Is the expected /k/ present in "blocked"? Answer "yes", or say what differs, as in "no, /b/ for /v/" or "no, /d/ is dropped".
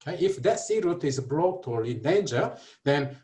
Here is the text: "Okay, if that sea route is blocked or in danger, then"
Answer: no, /k/ is dropped